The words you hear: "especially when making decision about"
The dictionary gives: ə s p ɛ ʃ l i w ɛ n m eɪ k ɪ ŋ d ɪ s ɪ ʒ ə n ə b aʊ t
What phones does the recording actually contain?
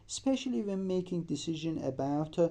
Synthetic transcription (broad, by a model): s p ɛ ʃ l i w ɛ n m eɪ k ɪ ŋ d ɪ s ɪ ʒ ə n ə b aʊ t